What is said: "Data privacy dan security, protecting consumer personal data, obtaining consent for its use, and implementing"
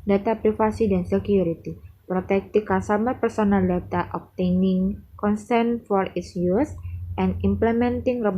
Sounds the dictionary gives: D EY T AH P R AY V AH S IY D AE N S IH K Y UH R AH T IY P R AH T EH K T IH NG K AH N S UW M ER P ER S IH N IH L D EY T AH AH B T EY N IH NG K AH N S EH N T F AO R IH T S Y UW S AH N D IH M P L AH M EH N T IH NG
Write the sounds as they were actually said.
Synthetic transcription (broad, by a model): D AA T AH P R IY F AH S IY D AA N S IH K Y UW R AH T IY P R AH T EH K T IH K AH S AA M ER P ER S IH N IH L D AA T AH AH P T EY N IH NG K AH N S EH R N F AO R IH T S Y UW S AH N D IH M P L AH M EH N T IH NG